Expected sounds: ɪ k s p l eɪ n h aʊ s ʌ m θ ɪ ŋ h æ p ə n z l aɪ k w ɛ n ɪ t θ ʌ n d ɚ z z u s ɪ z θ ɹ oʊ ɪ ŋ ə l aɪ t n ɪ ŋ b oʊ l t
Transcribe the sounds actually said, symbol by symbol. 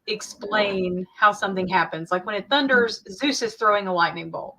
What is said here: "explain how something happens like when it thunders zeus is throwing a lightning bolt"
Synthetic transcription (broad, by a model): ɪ k s p l eɪ n h aʊ s ʌ m θ ɪ ŋ h æ p ə n z l aɪ k w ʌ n ɪ t θ ʌ n d ɚ z z u s ɪ z θ ɹ oʊ ɪ ŋ ə l aɪ t n ɪ ŋ b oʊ l